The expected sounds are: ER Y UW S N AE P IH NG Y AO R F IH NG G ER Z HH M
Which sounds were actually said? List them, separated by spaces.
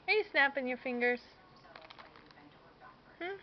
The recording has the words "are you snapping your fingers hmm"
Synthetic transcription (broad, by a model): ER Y S N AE P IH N Y AO R F IH NG G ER S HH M